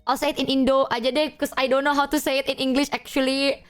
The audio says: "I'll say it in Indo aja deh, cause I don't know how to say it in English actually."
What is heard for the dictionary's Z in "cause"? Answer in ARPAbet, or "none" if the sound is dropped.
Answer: S